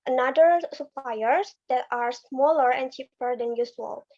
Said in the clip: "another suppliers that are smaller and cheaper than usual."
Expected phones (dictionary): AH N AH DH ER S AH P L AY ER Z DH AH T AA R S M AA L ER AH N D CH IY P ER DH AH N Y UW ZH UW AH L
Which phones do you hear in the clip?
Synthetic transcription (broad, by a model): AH N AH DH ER S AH P L AY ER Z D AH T AA R S M AA L ER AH N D CH IY P ER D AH N Y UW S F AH L